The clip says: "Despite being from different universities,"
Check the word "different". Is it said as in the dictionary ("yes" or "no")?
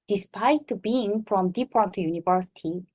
no